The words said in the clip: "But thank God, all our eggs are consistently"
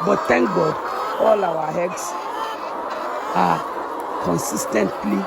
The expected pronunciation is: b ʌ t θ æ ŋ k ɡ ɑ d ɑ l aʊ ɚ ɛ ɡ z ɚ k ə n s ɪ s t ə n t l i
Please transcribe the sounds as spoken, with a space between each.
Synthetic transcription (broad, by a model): b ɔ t t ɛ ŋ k ɡ ɑ d ɑ l aʊ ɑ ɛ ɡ s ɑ k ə n s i s t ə n t l i